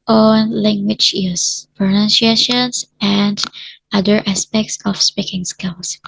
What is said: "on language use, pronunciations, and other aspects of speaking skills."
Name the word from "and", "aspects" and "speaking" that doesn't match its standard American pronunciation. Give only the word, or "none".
none